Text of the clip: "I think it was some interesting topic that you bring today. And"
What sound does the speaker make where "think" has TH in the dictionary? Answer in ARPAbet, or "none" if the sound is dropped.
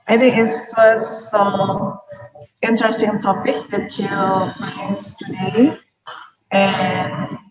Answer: TH